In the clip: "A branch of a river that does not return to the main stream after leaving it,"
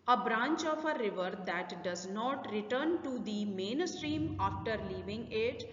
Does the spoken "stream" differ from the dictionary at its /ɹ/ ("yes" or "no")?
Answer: no